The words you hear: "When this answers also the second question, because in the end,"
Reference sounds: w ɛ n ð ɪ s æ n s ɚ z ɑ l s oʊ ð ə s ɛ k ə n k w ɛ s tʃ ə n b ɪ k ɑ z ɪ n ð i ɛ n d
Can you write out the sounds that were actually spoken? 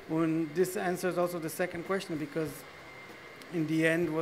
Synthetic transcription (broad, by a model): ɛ n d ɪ s æ n s ɚ z ɑ l s oʊ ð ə s ɛ k ə n k w ɛ s tʃ ə n b ɪ k ɑ z ɪ n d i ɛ n d